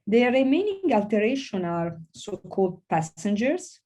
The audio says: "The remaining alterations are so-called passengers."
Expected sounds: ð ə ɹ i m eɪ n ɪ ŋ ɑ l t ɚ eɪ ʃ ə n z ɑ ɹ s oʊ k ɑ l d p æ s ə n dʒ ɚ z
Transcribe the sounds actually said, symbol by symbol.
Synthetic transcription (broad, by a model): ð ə ɹ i m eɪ n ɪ ŋ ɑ l t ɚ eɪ ʃ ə n ɑ ɹ s oʊ k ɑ l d p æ s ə n dʒ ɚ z